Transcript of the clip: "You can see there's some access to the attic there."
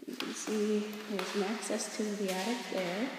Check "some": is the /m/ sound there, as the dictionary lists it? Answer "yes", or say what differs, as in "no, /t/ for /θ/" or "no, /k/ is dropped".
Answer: no, /m/ is dropped